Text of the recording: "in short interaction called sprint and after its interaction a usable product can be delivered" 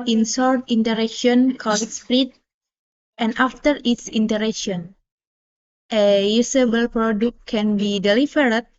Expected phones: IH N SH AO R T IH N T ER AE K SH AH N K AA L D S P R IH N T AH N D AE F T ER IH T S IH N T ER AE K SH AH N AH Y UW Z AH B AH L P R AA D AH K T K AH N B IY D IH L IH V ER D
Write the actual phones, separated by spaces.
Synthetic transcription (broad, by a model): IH N S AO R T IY N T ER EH K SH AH N K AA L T S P R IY T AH N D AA F T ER IH T S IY N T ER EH K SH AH N AH Y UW S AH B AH L P R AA D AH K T K AH N B IY D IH L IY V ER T